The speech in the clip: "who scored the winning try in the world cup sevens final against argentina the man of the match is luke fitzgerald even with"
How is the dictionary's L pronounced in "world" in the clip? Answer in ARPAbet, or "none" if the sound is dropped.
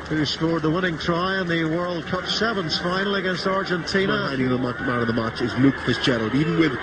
L